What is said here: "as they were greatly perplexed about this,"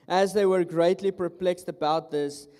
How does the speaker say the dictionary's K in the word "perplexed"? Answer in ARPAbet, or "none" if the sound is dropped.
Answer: K